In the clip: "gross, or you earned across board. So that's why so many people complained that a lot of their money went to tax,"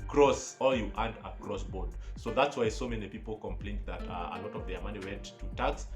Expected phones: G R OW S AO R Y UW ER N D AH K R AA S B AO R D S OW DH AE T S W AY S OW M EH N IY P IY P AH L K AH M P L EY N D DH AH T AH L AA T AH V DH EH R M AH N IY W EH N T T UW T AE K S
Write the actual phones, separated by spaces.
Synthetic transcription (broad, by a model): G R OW S AO L Y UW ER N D AH K R AA S B AO R D S OW DH AE T S W AY S OW M EH N IY P IY P L K AH M P L EY N D DH AH T AH L AA T AH V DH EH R M AH N IY W EH N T T UW T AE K S